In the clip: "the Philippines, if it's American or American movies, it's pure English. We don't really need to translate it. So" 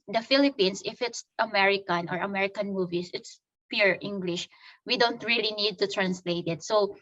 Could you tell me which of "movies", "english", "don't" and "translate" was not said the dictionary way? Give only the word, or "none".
movies